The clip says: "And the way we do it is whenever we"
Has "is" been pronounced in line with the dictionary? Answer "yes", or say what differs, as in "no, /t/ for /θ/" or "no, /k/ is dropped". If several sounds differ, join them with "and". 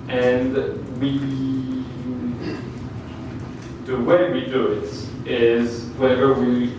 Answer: yes